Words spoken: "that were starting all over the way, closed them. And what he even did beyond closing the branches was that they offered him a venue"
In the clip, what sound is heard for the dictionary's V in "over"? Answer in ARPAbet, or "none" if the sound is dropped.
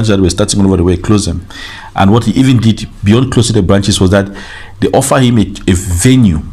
V